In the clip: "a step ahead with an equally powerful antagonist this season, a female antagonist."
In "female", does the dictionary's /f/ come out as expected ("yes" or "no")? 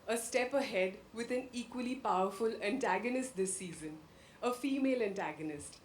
yes